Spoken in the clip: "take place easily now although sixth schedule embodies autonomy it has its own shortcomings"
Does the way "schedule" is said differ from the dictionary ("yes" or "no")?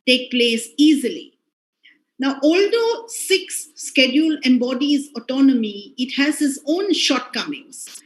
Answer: no